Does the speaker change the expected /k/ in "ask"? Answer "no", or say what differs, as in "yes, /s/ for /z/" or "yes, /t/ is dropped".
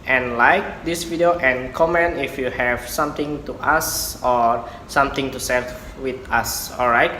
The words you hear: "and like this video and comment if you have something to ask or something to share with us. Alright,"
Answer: yes, /k/ is dropped